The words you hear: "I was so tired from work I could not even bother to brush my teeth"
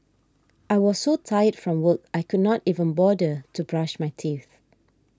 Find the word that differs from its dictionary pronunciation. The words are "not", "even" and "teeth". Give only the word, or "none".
none